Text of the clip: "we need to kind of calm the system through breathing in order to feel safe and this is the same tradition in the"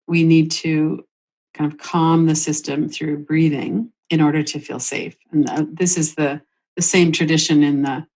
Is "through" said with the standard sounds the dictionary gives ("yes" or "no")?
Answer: yes